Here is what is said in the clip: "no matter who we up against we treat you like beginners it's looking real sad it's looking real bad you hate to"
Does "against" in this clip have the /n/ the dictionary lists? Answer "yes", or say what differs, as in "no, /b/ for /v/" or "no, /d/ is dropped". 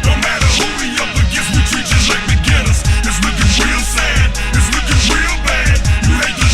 no, /n/ is dropped